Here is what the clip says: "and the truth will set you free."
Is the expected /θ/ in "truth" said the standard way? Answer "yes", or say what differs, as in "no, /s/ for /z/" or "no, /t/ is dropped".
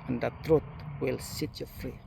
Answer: no, /t/ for /θ/